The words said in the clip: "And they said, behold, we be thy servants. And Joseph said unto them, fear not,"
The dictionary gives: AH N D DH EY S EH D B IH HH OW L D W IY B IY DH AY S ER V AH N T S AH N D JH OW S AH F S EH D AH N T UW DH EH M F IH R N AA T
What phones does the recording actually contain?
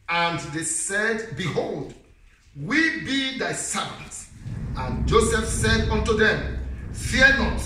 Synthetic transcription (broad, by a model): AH N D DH EY S EH D B IH HH OW L D W IY B IY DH AY S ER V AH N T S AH N JH OW S AH F S EH D AH N T UW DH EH M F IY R N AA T